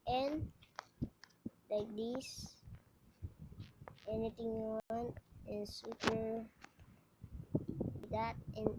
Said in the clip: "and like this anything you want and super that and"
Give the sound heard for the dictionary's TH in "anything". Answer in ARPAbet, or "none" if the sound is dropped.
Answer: T